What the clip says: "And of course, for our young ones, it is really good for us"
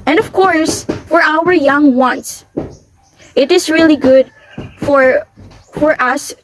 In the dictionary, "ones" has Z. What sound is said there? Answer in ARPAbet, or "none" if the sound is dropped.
S